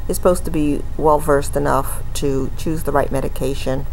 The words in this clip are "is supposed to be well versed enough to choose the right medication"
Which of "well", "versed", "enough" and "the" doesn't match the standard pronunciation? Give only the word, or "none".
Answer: none